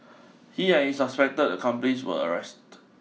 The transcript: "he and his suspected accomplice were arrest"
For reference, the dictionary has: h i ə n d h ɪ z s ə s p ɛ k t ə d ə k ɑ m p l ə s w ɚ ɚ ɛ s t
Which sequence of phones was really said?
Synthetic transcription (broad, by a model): h i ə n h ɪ s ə s p ɛ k t ə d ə k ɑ m p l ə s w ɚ ɚ ɛ s t